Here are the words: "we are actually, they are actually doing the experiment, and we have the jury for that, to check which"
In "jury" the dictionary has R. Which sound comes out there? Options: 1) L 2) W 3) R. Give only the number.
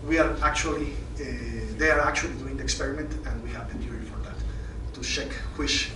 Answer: 1